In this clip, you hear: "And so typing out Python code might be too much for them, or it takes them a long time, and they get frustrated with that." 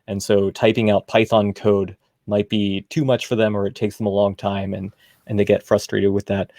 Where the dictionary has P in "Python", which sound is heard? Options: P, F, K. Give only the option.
P